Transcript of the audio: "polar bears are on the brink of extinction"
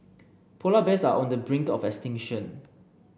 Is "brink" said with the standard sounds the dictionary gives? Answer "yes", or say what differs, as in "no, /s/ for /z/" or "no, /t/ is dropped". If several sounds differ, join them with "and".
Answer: yes